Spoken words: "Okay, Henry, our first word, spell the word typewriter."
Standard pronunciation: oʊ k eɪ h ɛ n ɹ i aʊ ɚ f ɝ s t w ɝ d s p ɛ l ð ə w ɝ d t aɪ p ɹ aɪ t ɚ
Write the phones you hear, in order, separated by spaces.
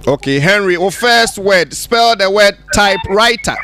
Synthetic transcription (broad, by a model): oʊ k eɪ h ɛ n ɹ i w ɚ f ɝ s t w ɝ d s p ɛ l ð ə w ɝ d t aɪ p ɹ aɪ t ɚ